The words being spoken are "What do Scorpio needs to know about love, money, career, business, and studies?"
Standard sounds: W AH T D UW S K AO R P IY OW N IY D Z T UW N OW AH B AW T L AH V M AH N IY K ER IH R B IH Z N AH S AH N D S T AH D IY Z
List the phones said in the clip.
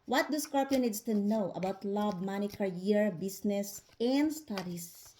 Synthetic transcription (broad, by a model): W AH T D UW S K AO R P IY N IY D S T UW N OW AH B AW T L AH B M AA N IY K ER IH R B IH S N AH S AH N D S T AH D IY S